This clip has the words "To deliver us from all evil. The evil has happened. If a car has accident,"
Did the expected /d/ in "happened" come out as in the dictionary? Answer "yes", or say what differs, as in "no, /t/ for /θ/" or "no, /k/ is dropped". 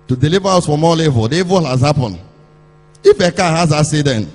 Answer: no, /d/ is dropped